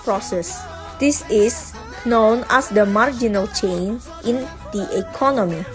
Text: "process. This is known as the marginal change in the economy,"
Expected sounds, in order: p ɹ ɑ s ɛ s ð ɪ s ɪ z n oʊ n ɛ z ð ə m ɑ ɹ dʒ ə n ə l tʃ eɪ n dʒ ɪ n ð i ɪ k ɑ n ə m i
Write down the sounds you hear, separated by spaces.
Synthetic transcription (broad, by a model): p ɹ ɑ s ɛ s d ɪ s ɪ s n oʊ n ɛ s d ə m ɑ ɹ dʒ ə n ə l tʃ eɪ n ɪ n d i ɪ k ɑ n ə m i